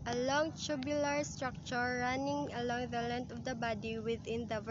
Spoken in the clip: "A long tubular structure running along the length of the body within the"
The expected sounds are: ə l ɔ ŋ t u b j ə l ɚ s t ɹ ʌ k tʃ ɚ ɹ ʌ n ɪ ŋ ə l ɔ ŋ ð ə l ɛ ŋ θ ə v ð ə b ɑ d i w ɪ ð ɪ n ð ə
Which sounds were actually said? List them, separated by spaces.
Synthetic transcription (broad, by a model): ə l ɔ ŋ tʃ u b j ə l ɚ s t ɹ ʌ k tʃ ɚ ɹ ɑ n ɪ ŋ ə l ɔ ŋ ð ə l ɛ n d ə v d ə b ɑ d i w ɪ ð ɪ n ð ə